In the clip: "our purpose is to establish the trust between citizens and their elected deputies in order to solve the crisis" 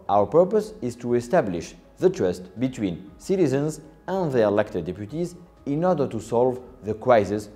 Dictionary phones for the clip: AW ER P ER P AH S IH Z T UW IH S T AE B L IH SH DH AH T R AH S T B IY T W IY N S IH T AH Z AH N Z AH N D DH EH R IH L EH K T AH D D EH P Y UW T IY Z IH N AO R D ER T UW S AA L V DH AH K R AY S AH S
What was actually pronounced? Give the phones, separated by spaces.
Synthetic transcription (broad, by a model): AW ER P ER P AH S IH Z T UW IH S T AE B L IH SH DH AH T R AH S T B IY T W IY N S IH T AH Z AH N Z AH N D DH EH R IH L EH K T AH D D EH P Y UW T IY Z IH N AO R D ER T UW S AA L V DH AH K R AY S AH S